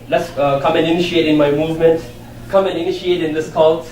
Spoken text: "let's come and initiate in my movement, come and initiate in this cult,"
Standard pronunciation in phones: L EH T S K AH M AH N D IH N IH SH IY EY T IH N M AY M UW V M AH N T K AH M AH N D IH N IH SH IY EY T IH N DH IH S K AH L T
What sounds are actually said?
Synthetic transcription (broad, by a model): L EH T S K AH M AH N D IH N IH SH IY EY T IH N M AY M UW V M AH N T K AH M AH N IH N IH SH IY EY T IH N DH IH S K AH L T